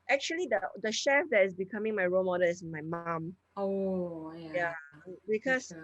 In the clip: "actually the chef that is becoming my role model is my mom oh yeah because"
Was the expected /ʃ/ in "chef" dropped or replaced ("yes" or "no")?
no